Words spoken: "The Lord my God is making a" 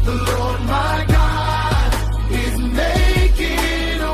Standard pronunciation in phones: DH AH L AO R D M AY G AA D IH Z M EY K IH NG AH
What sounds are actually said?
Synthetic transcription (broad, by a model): DH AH L AO R D M AY G AA D IH Z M EY IH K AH